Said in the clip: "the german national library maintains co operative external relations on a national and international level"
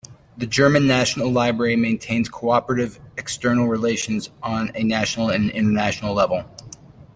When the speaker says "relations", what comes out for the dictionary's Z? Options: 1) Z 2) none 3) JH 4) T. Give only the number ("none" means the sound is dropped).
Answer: 1